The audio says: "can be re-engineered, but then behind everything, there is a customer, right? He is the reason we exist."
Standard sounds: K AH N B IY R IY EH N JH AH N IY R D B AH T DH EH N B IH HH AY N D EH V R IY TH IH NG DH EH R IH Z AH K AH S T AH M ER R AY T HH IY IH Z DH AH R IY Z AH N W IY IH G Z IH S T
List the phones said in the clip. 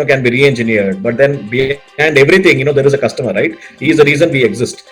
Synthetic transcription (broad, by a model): K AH N B IY R IY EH N JH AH N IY R D B AH T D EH N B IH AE N D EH V R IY T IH NG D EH R IH Z AH K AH S T AH M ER R AY T HH IY Z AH R IY Z AH N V IY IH G Z IH S T